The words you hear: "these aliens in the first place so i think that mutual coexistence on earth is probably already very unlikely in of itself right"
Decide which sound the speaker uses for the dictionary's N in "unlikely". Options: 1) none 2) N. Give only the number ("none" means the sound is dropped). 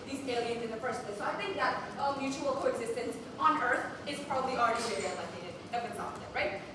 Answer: 1